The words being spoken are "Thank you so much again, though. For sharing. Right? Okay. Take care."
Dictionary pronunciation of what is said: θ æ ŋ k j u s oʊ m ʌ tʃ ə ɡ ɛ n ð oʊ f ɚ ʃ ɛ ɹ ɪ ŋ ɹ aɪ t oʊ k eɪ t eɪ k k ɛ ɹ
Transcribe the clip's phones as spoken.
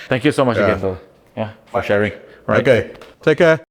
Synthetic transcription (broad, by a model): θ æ ŋ k j u s oʊ m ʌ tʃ ə ɡ ɛ n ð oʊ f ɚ ʃ ɛ ɹ ɪ ŋ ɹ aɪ oʊ k eɪ t eɪ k k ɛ